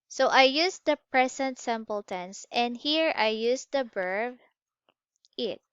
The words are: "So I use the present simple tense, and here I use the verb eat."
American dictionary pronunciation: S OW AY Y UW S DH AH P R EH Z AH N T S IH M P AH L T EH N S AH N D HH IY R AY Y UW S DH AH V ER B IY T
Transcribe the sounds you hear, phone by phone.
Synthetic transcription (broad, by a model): S OW AY Y UW S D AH P R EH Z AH N T S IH M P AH L T EH N S AH N D HH IY R AY Y UW S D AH B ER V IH T